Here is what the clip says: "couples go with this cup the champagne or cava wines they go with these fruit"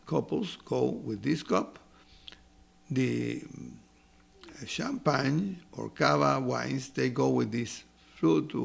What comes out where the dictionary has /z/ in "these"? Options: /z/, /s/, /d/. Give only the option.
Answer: /s/